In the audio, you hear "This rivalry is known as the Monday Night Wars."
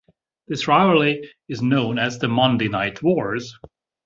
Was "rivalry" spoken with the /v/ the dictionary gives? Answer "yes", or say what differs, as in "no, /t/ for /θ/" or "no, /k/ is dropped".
no, /v/ is dropped